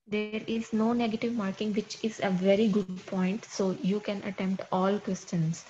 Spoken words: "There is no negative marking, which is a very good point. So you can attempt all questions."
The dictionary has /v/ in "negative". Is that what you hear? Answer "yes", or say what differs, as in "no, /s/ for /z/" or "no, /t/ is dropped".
yes